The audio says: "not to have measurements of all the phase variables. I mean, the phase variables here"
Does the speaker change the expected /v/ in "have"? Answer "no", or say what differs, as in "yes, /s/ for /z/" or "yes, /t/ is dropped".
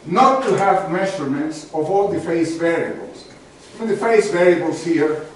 no